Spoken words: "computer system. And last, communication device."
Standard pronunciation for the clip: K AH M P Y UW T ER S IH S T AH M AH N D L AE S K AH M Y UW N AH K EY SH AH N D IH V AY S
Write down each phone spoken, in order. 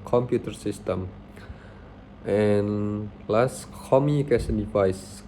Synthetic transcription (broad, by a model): K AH M P Y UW T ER S IH S T AH M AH N L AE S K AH M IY AH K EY S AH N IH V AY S